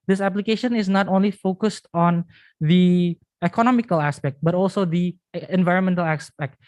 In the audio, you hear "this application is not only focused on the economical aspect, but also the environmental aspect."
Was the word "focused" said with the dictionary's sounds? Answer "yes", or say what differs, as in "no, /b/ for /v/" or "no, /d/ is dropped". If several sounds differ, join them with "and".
yes